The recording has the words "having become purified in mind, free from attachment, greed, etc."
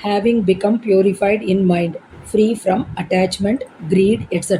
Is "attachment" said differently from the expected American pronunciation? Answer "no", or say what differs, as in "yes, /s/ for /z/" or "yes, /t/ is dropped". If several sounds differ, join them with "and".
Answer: no